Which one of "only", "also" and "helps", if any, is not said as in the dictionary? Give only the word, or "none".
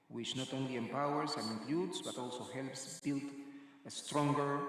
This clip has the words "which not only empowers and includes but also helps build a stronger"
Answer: none